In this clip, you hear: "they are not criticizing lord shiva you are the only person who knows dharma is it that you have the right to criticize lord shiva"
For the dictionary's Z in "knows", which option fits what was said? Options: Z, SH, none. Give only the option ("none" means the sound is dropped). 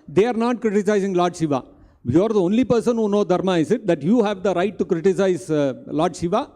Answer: none